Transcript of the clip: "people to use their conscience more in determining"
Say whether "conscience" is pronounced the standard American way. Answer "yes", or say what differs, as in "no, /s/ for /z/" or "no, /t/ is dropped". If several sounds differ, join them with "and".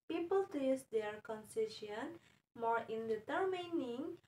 no, /s/ is dropped